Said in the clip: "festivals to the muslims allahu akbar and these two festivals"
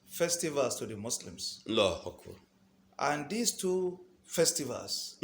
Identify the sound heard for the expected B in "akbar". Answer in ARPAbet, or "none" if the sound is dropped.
none